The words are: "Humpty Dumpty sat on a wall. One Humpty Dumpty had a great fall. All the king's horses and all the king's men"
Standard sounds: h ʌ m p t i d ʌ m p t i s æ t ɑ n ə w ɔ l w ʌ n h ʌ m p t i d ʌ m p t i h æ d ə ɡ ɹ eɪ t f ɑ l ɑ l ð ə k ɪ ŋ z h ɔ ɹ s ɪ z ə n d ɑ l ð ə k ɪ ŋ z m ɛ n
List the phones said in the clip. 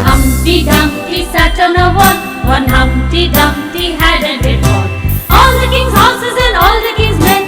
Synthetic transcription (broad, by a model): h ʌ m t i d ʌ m t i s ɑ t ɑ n ə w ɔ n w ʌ n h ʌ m t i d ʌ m t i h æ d ə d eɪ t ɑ n ɑ l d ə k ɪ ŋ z h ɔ s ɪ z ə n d ɑ l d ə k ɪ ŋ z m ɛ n